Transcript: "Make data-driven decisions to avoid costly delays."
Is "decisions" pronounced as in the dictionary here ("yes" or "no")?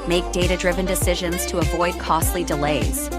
yes